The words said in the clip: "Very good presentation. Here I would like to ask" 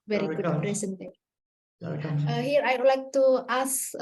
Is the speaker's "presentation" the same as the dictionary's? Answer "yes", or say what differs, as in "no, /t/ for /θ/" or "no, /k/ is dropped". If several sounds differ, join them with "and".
no, /ʃ/ is dropped